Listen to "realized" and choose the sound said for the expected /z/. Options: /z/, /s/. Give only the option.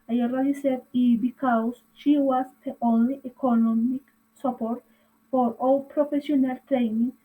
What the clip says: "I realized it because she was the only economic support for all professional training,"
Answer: /s/